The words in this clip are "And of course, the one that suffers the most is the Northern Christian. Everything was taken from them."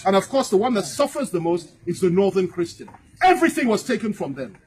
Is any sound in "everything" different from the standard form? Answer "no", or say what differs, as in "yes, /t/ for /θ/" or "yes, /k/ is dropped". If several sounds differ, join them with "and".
no